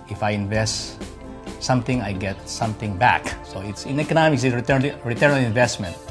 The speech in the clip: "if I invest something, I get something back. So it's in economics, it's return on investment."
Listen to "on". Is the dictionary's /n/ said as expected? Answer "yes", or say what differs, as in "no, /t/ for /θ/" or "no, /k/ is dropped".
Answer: no, /l/ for /n/